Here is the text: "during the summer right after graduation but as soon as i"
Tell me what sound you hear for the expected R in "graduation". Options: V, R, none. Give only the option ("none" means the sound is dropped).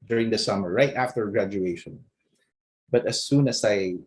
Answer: R